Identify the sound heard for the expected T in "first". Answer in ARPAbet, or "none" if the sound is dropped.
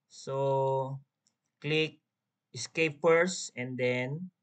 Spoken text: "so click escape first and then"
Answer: none